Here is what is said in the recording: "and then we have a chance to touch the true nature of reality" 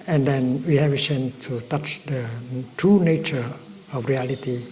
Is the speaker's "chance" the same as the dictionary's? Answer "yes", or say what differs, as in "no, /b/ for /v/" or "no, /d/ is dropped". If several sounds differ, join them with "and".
no, /s/ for /tʃ/ and /s/ is dropped